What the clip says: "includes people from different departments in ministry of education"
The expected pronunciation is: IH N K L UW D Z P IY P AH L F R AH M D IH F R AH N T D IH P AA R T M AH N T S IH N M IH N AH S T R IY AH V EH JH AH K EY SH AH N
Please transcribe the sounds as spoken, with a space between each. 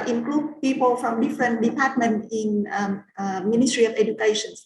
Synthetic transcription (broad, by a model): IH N K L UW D P IY P AH L F R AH M D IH F R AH N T D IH P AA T M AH N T IH N M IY N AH S T R IY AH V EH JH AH K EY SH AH N